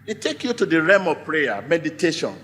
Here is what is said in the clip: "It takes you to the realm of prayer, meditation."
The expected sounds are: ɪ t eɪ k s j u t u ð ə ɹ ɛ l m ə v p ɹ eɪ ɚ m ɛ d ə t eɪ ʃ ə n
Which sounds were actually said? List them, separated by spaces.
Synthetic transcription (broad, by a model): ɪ t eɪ k j u t u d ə ɹ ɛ m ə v p ɹ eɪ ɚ m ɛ d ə t eɪ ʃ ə n